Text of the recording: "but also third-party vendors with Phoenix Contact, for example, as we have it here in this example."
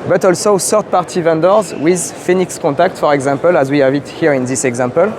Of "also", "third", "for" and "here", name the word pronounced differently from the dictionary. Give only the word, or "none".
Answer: third